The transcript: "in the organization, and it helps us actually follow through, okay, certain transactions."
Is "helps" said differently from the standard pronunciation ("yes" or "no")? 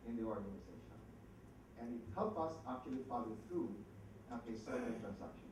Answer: yes